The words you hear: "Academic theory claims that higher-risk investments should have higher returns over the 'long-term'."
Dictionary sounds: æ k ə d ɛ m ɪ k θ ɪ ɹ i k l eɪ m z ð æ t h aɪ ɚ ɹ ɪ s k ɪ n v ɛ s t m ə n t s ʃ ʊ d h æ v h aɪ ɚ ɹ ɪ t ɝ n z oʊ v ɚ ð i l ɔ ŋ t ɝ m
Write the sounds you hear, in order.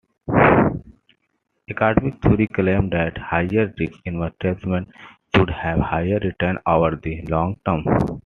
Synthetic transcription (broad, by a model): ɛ k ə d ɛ m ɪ k t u ɹ i k l eɪ m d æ t h aɪ ɚ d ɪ k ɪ n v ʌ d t m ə n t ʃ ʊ d h æ v h aɪ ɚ ɹ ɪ t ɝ n oʊ v ɚ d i l ɔ ŋ t ɝ m